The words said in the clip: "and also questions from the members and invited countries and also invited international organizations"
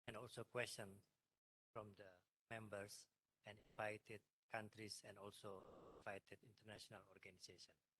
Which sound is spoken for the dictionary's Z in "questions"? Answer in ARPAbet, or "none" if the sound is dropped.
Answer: none